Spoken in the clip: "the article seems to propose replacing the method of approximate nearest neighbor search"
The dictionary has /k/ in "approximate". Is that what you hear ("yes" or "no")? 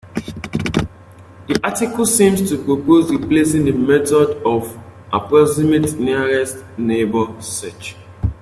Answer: no